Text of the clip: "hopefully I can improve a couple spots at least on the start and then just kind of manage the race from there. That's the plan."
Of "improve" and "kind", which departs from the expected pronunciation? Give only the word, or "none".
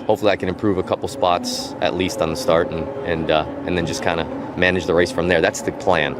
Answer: none